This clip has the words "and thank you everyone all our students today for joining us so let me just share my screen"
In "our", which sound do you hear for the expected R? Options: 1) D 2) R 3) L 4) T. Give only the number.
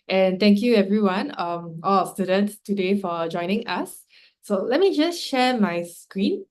3